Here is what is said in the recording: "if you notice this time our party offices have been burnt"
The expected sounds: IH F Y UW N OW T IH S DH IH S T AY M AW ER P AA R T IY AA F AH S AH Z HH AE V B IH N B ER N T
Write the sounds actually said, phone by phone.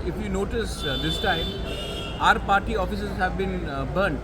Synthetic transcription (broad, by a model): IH F Y UW N OW T IH S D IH S T AY M AW ER P AA R T IY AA F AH S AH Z HH AE V B IH N B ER N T